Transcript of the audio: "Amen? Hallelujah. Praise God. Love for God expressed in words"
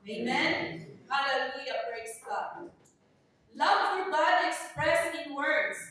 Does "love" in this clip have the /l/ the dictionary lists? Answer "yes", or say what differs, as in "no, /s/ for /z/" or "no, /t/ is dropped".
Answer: yes